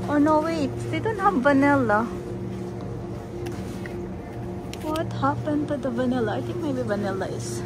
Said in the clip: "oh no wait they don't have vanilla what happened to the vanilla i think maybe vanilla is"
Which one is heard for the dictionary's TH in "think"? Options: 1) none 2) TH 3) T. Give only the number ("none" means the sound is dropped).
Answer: 3